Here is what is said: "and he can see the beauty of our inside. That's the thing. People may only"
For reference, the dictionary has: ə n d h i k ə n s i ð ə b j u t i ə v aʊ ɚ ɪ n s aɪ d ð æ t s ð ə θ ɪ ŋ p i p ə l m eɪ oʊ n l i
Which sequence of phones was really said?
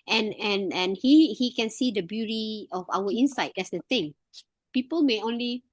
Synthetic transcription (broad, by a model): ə n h h i k ə n s i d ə b j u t i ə f aʊ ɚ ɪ n s aɪ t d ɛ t s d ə t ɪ ŋ p i p ə l m eɪ oʊ n l i